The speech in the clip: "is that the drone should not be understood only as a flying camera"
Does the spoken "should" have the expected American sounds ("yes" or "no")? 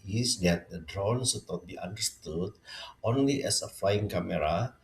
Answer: no